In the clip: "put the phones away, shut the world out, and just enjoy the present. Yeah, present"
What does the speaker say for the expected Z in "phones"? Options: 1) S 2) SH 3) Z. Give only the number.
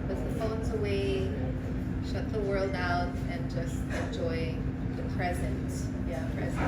3